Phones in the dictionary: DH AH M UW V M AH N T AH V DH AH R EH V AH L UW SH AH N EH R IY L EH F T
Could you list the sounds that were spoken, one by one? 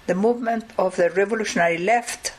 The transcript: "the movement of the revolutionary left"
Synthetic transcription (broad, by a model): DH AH M UW V M AH N T AH V DH AH R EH V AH L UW SH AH N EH R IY L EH F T